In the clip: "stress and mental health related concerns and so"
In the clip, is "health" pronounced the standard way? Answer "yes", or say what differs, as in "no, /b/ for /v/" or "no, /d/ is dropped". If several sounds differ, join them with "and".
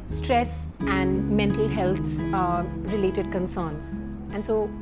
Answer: no, /t/ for /θ/